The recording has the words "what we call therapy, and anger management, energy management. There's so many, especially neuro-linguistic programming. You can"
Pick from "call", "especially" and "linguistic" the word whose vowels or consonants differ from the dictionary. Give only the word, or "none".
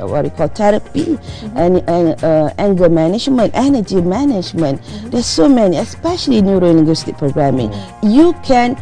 linguistic